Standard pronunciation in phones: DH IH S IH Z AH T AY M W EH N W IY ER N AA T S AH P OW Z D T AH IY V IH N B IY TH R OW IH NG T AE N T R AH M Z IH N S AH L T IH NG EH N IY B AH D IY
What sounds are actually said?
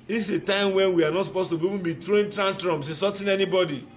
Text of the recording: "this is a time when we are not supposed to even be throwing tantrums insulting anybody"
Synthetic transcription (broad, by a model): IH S AH T AY M W EH N W IY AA N AA T S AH P OW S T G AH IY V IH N B IY T R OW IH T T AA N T R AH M S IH S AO T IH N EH N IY B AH D IY